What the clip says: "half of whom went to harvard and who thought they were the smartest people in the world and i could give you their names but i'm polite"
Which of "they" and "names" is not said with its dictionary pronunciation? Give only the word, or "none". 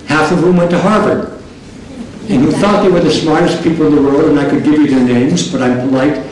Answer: none